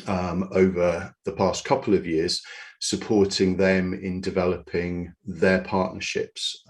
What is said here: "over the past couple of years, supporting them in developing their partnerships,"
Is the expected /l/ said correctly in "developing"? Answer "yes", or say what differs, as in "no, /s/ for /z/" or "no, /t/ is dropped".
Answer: yes